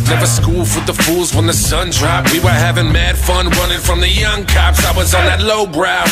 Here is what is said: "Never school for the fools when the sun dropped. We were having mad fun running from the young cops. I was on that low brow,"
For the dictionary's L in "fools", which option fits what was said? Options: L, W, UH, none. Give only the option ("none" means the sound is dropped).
L